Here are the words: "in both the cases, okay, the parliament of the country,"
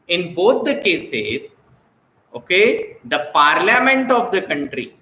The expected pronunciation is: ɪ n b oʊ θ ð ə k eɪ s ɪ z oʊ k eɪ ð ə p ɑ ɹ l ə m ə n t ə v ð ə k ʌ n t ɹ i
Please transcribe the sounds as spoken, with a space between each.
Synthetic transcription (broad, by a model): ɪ n b oʊ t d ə k eɪ s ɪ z oʊ k eɪ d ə p ɑ ɹ l ə m ə n t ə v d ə k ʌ n t ɹ i